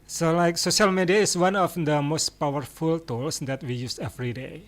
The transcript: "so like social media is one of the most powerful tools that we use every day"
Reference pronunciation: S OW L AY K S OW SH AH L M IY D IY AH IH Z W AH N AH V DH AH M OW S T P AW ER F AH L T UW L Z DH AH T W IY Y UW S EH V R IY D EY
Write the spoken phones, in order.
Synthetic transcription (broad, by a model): S OW L AY K S OW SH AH L M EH D IY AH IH S W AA N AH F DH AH M OW S T P AW ER F AH L T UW L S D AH T W IY Y UW S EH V R IY D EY